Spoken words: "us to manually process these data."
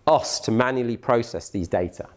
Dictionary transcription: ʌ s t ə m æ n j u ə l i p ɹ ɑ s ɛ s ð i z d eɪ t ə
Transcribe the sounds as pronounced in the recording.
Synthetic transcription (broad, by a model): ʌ s t ə m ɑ n j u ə l i p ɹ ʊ s ɛ s ð i z d eɪ t ə